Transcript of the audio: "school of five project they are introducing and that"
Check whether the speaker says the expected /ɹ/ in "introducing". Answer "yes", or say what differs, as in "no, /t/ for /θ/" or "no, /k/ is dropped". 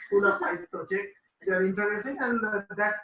no, /ɹ/ is dropped